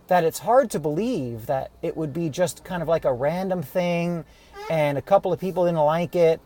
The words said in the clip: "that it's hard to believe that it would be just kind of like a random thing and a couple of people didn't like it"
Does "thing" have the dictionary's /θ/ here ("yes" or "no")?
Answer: yes